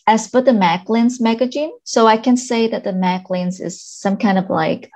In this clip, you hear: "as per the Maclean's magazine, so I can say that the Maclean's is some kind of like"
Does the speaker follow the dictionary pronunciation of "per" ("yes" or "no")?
no